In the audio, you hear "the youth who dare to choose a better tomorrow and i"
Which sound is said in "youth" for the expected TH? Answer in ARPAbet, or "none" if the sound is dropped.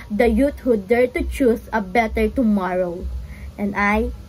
T